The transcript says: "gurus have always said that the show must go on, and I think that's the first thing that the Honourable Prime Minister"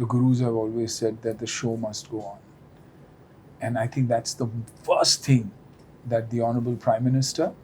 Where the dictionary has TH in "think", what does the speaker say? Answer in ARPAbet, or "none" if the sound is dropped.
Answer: T